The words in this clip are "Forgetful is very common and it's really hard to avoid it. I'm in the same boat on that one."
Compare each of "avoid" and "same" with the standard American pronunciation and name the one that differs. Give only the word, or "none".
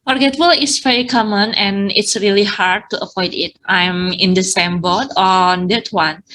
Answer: avoid